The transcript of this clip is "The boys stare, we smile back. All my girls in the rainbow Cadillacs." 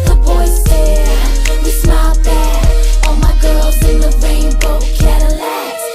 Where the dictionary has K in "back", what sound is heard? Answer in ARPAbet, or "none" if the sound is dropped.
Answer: none